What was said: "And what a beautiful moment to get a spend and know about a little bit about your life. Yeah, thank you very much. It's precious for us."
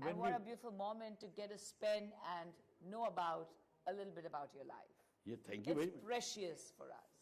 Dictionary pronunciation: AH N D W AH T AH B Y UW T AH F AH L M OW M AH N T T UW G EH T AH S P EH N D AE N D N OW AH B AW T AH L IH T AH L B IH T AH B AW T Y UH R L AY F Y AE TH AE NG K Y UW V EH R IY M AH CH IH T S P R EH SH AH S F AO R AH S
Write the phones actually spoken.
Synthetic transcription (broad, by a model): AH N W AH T AH B Y UW T AH F AH L M OW M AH N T T UW G EH T AH S P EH N AE N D N OW AH B AW T AH L IH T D L B IH T AH B AW T Y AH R L AY F Y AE T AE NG K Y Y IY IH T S P R EH SH AH S F AO R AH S